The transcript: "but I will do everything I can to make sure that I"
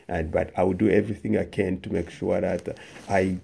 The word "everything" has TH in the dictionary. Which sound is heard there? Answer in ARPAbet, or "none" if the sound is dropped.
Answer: TH